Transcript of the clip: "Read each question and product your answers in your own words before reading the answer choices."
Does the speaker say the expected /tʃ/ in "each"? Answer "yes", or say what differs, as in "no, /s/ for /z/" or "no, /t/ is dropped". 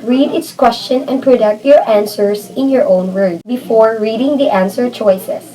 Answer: no, /s/ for /tʃ/